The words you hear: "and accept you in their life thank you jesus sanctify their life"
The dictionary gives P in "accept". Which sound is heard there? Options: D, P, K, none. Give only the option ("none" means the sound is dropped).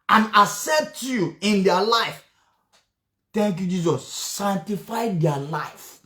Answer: none